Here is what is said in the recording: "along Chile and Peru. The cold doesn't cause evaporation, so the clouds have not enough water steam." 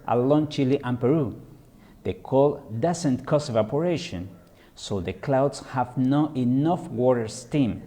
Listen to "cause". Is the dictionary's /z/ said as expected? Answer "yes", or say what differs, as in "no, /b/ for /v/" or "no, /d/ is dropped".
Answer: no, /s/ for /z/